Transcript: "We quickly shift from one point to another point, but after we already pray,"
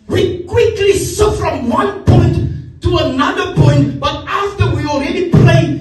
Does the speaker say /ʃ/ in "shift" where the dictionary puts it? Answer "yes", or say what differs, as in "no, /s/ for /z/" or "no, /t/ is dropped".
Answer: no, /s/ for /ʃ/